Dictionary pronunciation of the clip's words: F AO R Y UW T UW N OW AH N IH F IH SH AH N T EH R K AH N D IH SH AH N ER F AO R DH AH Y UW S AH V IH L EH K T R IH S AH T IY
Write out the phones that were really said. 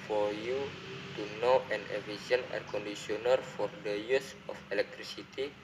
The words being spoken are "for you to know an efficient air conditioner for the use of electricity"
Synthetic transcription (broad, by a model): F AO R Y UW T UW N OW AH N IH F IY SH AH N EH R K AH N D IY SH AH N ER F AO R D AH Y UW S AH F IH L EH K T R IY S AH T IY